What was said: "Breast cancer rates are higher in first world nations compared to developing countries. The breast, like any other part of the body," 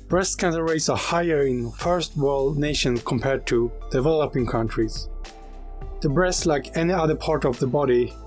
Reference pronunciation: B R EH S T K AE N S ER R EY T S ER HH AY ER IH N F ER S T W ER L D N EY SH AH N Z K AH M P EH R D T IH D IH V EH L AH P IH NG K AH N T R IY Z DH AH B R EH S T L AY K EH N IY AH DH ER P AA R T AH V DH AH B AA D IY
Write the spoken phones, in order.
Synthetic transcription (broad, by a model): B R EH S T K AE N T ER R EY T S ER HH AY ER IH N F ER S T W ER L D N EY SH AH N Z K AH M P EH R D T IH D IH V EH L AH P IH NG K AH N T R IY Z DH AH B R EH S T L AY K EH N IY AH DH ER P AA R T AH V DH AH B AA D IY